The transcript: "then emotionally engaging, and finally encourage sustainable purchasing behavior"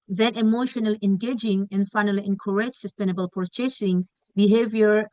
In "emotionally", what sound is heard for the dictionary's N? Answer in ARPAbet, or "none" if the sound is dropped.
N